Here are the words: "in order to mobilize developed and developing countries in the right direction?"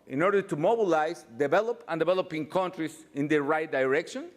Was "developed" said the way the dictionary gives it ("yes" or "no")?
no